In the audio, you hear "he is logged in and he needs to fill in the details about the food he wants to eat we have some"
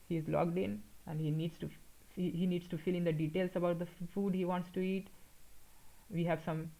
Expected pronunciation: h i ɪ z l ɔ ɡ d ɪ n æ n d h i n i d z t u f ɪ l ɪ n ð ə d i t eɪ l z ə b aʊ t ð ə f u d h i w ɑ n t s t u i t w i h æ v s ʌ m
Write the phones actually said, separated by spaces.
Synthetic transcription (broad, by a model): h i ɪ z l ɔ ɡ d ɪ n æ n d h i n i d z t u f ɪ l ɪ n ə d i t eɪ l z ə b aʊ t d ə f u d h i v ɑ n t s t u i t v i h æ v s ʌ m